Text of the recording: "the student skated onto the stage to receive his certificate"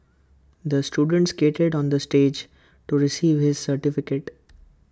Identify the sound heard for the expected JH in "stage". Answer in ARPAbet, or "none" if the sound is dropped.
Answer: JH